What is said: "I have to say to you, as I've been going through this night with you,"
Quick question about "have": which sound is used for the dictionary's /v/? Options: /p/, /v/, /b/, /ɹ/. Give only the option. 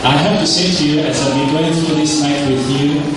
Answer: /p/